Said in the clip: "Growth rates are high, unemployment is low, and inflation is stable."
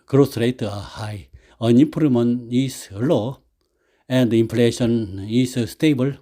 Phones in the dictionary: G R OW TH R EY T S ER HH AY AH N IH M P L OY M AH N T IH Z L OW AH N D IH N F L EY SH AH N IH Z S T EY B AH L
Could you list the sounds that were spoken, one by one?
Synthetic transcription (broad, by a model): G R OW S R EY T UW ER HH AY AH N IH P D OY M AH N IH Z L OW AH N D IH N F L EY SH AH N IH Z S T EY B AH L